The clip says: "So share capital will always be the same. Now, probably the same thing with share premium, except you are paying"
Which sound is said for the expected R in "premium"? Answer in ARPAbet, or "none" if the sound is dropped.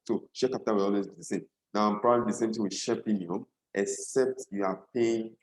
L